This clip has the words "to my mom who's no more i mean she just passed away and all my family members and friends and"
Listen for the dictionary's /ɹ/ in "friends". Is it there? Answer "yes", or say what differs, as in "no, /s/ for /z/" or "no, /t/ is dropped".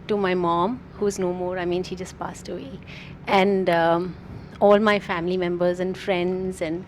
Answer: yes